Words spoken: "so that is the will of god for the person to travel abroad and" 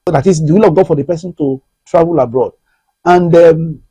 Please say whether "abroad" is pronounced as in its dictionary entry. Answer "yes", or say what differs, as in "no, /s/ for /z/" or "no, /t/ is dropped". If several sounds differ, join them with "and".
yes